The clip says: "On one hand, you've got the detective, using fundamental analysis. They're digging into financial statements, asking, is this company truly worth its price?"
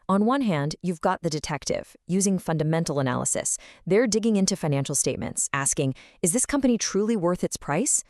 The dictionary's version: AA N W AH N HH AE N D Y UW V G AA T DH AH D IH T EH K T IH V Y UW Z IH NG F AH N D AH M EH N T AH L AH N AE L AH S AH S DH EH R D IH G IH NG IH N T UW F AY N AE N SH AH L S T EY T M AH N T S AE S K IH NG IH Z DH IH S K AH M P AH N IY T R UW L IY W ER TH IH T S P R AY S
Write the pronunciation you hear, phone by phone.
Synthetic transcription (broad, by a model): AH N W AH N HH AE N D Y UW V G AA T DH AH D IH T EH K T IH V Y UW Z IH NG F AH N D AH M EH N T L AH N AE L AH S AH S DH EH R D IH G IH NG IH N T UW F AY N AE N SH L S T EY T M AH N T S AE S K IH NG IH Z DH IH S K AH M P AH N IY T R UW L IY W ER TH IH T S P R AY S